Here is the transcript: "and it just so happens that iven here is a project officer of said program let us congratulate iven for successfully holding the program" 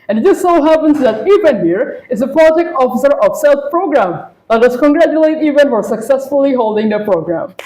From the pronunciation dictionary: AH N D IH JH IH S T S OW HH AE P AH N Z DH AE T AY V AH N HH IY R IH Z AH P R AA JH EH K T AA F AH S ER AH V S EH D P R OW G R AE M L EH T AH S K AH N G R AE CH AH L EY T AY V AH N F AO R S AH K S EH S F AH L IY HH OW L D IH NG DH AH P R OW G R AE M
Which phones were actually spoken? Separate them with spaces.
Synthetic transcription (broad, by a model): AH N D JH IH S S OW HH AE P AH N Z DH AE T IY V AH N HH IY R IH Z AH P L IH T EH K AA F AH S ER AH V S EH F P R OW G R AE M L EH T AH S K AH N G R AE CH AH L EY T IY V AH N F AO R S AH K S EH S F AH L IY HH OW L D IH NG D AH P R OW G R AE M